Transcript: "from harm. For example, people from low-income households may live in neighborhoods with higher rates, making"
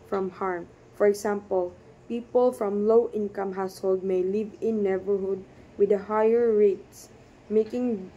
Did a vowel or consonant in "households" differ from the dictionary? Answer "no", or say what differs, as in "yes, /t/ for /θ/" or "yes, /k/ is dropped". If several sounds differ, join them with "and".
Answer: yes, /z/ is dropped